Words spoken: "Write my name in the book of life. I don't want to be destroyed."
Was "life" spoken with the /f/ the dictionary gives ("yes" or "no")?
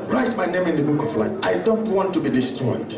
no